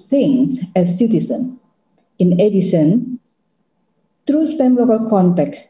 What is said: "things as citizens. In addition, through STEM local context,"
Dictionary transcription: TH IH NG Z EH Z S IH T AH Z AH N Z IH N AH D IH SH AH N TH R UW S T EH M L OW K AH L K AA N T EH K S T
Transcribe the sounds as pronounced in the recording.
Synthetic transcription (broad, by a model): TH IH NG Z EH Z S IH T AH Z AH N IH N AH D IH S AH N T R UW S T EH M L OW K AH L K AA N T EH K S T